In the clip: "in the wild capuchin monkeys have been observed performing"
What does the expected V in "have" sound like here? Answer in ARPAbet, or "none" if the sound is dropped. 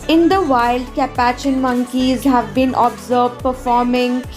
V